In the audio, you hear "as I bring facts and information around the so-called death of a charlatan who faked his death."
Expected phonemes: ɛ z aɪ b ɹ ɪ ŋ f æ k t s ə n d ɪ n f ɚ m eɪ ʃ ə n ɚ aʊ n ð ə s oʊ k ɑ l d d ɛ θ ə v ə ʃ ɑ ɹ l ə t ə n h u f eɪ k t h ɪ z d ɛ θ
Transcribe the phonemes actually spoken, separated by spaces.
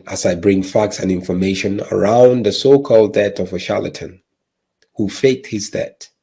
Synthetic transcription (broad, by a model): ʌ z aɪ b ɹ ɪ ŋ f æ k t s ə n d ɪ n f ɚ m eɪ ʃ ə n ɚ aʊ n ð ə s oʊ k ɑ l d d ɛ t ə v ə ʃ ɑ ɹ l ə t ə n h u f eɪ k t h ɪ z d ɛ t